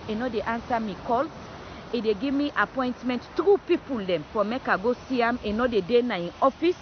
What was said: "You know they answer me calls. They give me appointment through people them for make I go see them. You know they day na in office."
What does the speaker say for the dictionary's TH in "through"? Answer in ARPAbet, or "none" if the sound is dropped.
T